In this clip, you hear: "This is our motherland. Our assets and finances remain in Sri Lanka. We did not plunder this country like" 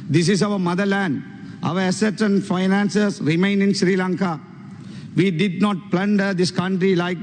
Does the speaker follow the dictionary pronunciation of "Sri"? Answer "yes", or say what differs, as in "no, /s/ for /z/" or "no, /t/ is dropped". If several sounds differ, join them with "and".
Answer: yes